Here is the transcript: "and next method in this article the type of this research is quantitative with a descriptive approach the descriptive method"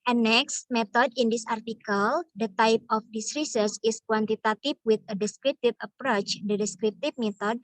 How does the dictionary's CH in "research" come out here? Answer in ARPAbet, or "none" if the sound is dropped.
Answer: S